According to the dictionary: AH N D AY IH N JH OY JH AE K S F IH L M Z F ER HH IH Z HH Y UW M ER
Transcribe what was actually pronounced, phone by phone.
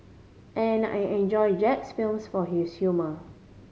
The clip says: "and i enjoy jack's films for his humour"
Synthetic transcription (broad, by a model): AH N AY IH N JH OY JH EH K S F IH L M S F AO HH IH S HH Y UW M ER